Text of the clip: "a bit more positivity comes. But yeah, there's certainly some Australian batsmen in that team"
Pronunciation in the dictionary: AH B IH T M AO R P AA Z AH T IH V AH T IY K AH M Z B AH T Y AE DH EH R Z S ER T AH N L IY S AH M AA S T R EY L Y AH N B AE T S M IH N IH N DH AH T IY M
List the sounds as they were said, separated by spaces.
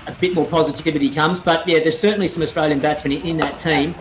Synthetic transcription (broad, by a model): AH B IH T M AO R P AA Z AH T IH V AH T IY K AH M Z B AH T Y AE DH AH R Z S ER T N L IY S AH M AA S T R EY L Y AH N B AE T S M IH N IH N DH AH T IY M